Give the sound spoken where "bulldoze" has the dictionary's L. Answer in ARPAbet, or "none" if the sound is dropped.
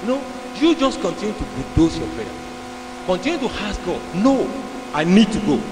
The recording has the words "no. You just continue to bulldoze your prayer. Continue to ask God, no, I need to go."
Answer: none